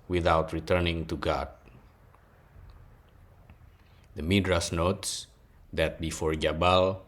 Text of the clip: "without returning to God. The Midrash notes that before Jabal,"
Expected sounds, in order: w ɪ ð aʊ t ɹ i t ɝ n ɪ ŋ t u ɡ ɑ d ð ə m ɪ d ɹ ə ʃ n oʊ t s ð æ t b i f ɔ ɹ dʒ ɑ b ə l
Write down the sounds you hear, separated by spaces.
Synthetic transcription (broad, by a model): w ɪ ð aʊ t ɹ i t ɝ n ɪ ŋ t u ɡ ɑ d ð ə m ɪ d ɹ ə s n oʊ t s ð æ t b i f ɔ ɹ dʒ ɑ b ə l